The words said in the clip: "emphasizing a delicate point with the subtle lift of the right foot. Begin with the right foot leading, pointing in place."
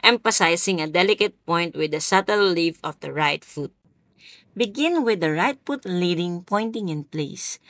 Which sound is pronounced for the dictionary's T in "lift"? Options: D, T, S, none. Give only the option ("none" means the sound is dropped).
none